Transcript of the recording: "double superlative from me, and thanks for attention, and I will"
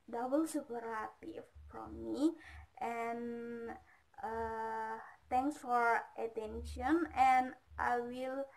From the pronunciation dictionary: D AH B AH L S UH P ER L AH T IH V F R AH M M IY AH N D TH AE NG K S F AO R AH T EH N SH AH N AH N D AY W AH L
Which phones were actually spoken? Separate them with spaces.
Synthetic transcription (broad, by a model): D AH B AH L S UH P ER AH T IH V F R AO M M IY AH N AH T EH NG K S F AO R AH T EH N SH AH N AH N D AY W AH L